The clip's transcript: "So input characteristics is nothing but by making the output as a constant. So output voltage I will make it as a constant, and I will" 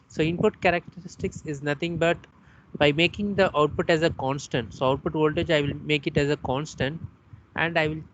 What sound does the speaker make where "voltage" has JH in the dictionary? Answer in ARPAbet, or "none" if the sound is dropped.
JH